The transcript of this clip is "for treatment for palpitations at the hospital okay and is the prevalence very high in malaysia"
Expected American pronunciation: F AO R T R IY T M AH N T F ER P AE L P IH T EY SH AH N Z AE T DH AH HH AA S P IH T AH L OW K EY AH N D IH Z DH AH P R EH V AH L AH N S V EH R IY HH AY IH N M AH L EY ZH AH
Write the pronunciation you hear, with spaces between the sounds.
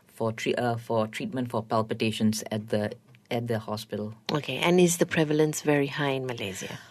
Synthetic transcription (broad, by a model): F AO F T R IY T M AH N T F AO P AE L P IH T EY SH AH N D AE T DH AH HH AA S P IH T AH L OW K EY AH N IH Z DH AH P R EH V AH L AH N S V EH R IY HH AY IH N M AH L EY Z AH